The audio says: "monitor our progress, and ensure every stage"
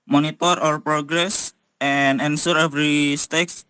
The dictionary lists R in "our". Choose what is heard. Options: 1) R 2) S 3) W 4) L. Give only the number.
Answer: 1